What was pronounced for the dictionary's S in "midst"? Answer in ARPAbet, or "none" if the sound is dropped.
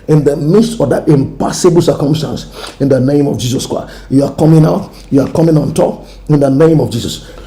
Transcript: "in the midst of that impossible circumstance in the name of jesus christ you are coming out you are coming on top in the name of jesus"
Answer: S